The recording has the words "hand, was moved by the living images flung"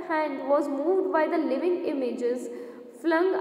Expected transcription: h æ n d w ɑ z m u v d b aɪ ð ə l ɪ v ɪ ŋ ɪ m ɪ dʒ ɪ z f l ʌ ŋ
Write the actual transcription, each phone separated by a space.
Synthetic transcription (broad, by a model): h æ n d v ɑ z m u v d b aɪ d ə l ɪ v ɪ ŋ ɪ m ɪ dʒ ɪ z f l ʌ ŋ